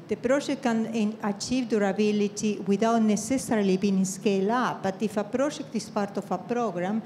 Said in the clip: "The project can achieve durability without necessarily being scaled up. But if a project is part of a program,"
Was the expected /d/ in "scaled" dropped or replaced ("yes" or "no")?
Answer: yes